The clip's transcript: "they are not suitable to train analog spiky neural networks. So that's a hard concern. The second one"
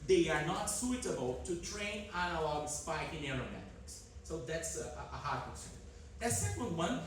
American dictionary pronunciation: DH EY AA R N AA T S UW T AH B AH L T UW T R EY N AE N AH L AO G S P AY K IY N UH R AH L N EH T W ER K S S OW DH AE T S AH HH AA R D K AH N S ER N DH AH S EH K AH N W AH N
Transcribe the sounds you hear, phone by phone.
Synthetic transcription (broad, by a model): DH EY AA R N AA T S UW T AH B AH L T UW T R EY N AE N AH L AO G S P AY K IY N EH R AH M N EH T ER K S S OW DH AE T S AH HH AA R D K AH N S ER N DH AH S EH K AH L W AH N